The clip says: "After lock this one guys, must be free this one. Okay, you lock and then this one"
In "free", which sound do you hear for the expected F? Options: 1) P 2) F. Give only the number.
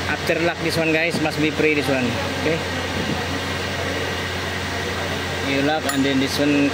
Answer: 1